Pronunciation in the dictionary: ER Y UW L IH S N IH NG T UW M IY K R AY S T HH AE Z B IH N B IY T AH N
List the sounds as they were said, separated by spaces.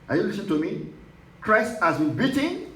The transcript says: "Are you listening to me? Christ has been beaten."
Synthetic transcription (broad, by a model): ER Y UW L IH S IH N T UW M IY K R AY S T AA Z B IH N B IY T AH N